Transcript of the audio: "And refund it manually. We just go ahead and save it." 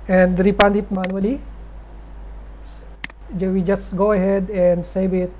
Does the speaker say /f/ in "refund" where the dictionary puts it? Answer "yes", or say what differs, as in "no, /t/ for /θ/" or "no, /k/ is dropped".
no, /p/ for /f/